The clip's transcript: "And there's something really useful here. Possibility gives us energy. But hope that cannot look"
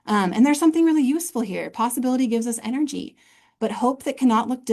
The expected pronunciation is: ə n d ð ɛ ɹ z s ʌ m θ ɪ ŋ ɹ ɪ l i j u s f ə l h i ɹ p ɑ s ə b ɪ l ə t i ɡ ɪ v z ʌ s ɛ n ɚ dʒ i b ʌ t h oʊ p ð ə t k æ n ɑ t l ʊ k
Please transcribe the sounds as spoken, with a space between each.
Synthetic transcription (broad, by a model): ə n ð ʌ ɹ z s ʌ m θ ɪ ŋ ɹ ɪ l i j u s f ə l h i ɹ p ɑ s ə b ɪ l ə t i ɡ ɪ v z ʌ s ɛ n ɚ dʒ i b ʌ t h oʊ p ð ə t k æ n ɑ t l ʊ k